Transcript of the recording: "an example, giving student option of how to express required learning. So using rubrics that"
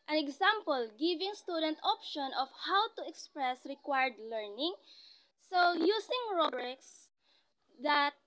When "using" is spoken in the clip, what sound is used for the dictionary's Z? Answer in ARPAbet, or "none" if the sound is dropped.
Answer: S